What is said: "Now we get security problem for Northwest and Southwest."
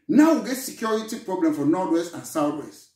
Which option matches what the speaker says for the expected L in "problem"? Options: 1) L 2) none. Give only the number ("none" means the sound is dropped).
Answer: 1